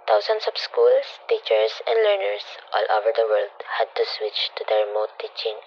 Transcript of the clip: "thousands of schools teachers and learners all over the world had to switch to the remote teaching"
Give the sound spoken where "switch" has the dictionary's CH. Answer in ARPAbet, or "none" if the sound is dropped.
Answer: CH